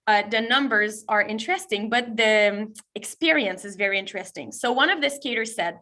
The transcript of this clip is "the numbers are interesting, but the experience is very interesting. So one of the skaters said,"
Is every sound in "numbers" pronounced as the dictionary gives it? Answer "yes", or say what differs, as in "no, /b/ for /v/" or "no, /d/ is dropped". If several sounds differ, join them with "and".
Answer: yes